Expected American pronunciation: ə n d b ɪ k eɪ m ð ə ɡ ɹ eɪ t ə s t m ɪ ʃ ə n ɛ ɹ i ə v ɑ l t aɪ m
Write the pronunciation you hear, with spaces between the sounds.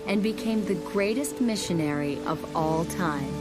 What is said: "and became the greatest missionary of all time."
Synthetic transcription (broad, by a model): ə n b ɪ k eɪ m ð ə ɡ ɹ eɪ t ə s t m ɪ ʃ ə n ɛ ɹ i ə v ɑ l t aɪ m